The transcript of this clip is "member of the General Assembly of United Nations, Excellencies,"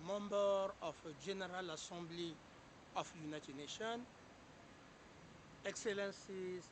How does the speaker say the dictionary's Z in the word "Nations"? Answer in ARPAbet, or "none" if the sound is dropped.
none